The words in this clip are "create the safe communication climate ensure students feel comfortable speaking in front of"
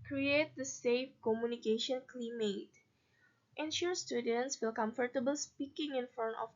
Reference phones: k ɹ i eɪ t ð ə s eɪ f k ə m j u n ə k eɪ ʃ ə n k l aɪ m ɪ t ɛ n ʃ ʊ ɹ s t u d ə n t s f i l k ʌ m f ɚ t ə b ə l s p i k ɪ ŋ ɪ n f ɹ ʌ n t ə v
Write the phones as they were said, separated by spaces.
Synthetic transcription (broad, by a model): k ɹ i eɪ t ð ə s eɪ f k ə m j u n ə k eɪ ʃ ə n k l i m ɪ t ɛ n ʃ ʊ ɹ s t u d ə n t s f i l k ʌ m f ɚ t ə b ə l s p i k ɪ ŋ ɪ n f ʌ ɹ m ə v